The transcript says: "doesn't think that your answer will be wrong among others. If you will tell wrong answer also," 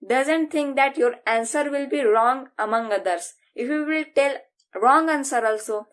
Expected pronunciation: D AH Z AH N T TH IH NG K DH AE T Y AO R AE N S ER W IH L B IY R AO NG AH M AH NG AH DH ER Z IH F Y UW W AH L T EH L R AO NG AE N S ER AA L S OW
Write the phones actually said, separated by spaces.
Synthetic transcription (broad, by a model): D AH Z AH N T T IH NG K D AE T Y AO R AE N S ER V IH L B IY R AO NG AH M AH NG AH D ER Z IH F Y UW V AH L T EH L R AO NG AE N S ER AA L S OW